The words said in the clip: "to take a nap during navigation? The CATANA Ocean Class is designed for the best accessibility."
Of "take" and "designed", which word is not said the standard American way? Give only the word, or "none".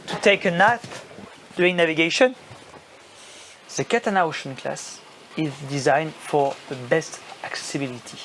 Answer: none